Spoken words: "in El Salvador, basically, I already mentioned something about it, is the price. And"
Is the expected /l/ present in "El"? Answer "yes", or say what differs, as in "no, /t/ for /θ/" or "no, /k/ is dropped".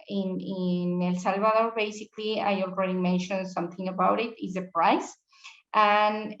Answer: yes